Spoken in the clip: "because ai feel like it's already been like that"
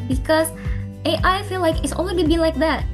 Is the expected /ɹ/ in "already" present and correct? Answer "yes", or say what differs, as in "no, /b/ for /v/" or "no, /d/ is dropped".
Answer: no, /l/ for /ɹ/